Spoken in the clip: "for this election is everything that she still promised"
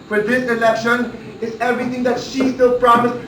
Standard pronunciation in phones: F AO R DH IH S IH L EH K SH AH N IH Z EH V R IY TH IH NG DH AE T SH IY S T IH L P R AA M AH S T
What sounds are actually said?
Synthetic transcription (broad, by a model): F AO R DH IH S IH L EH K SH AH N IH Z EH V R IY T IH NG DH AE T SH IY S T IH L P R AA M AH S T